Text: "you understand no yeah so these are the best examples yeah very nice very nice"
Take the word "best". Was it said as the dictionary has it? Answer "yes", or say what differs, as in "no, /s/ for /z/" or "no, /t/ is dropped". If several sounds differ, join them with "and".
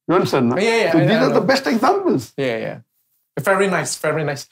yes